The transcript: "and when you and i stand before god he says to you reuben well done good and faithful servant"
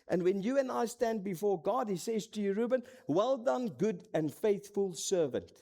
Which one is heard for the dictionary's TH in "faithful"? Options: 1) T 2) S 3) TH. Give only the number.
3